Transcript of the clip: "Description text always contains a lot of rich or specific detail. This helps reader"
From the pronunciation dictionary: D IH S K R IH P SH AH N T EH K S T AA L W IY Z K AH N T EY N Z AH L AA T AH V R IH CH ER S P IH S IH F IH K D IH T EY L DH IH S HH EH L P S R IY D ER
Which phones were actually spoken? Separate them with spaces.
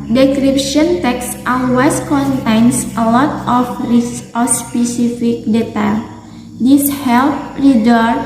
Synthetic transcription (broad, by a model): D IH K R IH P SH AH N T EH K S T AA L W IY S K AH N T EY N S AH L AA T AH F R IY S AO S P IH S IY F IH K D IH T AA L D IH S HH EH L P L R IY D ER